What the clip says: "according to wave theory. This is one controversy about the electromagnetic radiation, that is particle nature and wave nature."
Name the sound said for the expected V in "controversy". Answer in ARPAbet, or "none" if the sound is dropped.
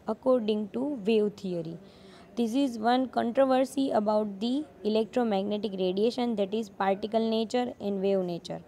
V